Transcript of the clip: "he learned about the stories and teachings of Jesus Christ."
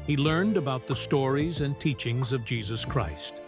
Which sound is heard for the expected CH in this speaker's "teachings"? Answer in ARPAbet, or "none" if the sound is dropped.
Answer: CH